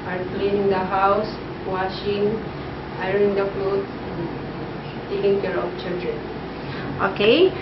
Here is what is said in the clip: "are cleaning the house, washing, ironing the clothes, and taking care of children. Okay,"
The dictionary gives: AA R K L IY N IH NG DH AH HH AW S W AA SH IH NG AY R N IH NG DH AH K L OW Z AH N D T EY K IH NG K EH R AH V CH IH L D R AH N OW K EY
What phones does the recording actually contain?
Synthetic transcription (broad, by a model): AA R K L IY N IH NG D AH HH AW S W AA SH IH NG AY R IH NG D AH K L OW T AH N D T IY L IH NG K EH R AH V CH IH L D R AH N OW K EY